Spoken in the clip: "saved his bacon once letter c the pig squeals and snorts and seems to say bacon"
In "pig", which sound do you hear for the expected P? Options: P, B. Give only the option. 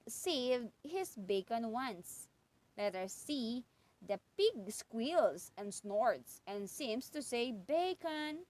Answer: P